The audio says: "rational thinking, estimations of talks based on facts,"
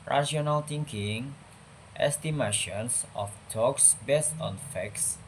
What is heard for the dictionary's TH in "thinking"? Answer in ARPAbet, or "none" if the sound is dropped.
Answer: T